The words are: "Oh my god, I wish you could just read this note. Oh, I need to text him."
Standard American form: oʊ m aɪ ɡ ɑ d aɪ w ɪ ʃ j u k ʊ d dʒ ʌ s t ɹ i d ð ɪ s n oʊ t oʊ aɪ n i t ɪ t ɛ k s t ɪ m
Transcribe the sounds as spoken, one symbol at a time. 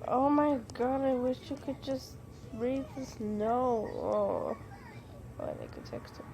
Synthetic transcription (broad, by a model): oʊ m aɪ ɡ ɑ d aɪ w ɪ ʃ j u k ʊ d dʒ ʌ s t ɹ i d ð ɪ s n oʊ oʊ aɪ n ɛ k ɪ t ɛ k s t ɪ